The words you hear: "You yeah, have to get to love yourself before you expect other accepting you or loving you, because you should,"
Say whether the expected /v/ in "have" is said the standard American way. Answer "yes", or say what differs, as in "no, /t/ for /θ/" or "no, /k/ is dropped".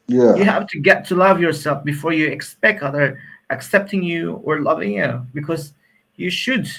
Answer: no, /f/ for /v/